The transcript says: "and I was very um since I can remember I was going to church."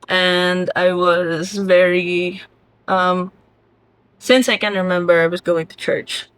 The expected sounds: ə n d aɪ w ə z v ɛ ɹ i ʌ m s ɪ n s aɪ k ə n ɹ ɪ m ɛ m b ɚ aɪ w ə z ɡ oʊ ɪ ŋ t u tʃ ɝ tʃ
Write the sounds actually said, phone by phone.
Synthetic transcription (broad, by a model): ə n d aɪ w ə z v ɛ ɹ i ʌ m s ɪ n s aɪ k ə n ɹ ɪ m ɛ m b ɚ aɪ w ə z ɡ oʊ ɪ ŋ t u tʃ ɝ tʃ